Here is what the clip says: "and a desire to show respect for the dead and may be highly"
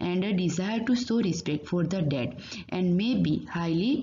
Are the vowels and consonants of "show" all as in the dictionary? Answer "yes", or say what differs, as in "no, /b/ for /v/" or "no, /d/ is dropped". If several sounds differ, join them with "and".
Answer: no, /s/ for /ʃ/